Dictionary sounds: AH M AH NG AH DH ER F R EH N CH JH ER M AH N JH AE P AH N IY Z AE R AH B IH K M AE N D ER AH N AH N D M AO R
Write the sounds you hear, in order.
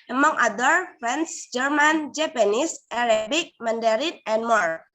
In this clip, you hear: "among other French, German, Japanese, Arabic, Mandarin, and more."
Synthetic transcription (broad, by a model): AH M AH NG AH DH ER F R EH N S JH ER M AH N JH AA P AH N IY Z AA R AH B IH K M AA N D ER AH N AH N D M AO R